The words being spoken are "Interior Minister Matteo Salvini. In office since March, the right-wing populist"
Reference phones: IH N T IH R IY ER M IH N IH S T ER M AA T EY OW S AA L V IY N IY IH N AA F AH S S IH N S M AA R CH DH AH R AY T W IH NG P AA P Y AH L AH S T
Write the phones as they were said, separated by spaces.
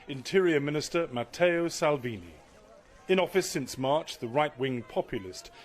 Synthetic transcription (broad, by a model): IH N T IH R IY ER M IH N IH S T ER M AA T EY OW S AA L V IY N IY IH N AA F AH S S IH N S M AA R CH DH AH R AY T W IH NG P AA P Y L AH S T